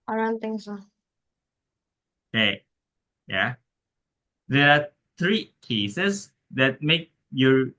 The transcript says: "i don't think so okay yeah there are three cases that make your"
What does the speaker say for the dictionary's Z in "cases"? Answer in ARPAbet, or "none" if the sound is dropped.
S